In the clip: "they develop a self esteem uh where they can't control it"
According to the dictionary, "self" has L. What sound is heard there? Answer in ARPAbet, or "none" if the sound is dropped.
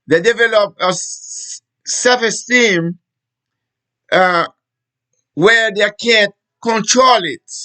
none